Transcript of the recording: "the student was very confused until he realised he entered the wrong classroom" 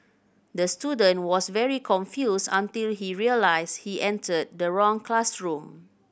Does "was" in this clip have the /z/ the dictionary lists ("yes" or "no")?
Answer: no